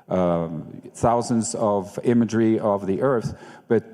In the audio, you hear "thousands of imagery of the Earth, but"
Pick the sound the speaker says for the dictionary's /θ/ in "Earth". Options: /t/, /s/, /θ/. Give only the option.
/θ/